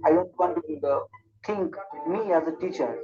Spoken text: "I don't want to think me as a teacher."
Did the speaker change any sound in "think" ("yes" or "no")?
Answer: yes